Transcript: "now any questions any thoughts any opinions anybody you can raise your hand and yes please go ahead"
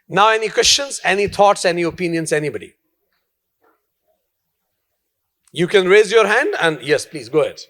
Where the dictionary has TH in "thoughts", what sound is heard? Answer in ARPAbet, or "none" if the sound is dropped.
T